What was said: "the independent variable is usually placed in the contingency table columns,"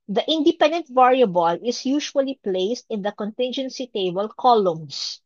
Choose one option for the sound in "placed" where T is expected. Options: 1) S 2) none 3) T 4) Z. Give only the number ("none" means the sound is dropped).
3